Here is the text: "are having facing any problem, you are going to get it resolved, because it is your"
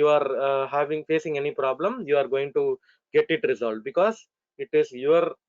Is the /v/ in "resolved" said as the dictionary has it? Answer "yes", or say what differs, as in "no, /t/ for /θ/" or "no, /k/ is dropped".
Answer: no, /v/ is dropped